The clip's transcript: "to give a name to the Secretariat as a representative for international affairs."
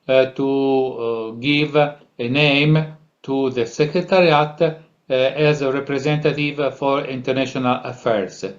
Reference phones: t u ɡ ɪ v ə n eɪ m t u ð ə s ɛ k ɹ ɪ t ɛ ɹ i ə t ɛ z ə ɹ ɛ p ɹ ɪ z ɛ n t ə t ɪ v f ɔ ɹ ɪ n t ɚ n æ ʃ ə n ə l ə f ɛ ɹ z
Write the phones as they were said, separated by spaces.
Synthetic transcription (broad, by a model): t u ɡ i v ə n eɪ m t u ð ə s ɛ k ɹ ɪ t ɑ ɹ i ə t ɛ z ə ɹ ɛ p ɹ ɪ z ɛ n t ə t ɪ v f ɔ ɹ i n t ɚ n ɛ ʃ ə n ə l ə f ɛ ɹ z